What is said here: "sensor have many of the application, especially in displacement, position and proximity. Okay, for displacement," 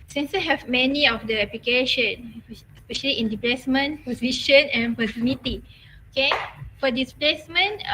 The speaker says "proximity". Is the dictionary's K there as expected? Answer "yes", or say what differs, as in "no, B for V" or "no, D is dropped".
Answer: no, K is dropped